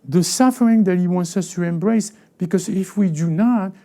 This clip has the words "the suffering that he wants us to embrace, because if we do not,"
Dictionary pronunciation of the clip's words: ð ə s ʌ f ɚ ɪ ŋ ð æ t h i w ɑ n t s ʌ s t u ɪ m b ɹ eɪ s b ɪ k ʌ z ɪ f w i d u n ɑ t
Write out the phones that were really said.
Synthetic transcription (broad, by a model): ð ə s ʌ f ɚ ɪ ŋ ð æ t h i w ɑ n t s ʌ s t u ɪ m b ɹ eɪ s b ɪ k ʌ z ɪ f w i d u n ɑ t